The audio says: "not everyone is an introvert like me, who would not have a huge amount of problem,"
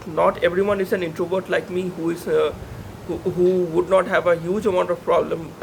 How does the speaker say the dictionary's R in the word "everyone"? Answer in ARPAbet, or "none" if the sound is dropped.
R